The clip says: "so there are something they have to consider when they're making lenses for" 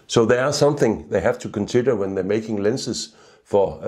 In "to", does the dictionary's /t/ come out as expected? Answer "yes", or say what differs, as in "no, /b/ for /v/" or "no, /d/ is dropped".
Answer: yes